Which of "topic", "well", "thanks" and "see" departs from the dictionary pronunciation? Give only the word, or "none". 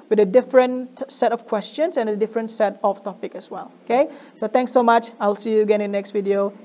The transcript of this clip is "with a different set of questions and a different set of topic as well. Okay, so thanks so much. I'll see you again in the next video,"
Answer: thanks